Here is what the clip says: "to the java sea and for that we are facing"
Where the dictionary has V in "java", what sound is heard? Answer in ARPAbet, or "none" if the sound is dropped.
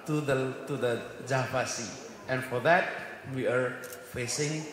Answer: P